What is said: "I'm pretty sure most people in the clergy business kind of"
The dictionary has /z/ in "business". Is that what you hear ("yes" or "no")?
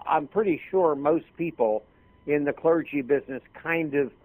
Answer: yes